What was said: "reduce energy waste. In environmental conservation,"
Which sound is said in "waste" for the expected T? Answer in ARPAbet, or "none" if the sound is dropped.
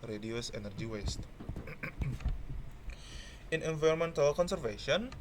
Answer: T